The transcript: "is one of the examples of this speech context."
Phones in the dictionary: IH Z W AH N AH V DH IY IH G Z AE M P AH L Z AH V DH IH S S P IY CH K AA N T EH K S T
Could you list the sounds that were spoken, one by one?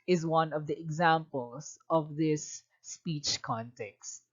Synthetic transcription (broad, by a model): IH Z W AH N AH V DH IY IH G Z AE M P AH L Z AH V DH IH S S P IY CH K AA N T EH K S T